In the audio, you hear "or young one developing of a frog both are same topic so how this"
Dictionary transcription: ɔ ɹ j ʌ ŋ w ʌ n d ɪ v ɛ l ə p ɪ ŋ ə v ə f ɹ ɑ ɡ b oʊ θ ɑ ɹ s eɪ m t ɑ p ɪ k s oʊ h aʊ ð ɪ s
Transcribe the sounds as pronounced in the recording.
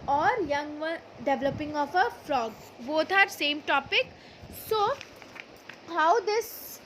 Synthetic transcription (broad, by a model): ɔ ɹ j ʌ ŋ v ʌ n d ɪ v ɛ l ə p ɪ ŋ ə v ə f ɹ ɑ ɡ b oʊ t ɑ ɹ s eɪ m t ɑ p ɪ k s oʊ h aʊ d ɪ s